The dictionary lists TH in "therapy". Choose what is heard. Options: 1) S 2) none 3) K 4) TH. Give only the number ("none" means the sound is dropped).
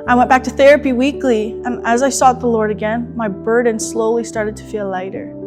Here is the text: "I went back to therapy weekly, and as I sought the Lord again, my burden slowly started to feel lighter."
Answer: 4